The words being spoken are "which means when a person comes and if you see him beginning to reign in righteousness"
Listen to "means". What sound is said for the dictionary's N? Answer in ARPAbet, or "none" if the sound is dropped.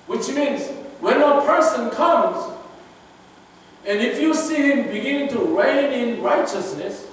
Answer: N